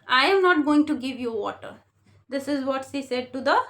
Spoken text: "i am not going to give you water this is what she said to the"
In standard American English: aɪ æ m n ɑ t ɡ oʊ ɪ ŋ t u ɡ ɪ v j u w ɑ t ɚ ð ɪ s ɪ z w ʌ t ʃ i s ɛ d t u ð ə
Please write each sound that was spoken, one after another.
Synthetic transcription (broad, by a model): aɪ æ m n ɑ t ɡ oʊ ɪ ŋ t u ɡ ɪ v j u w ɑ t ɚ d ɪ s ɪ z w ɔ t s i s ɛ d t u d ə